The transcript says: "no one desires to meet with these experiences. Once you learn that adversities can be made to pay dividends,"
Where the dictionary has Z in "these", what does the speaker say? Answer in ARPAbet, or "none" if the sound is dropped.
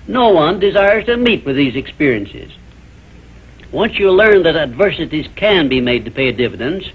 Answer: Z